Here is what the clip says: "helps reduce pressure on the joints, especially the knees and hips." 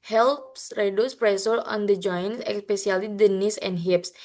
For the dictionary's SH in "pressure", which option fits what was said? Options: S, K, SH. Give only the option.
S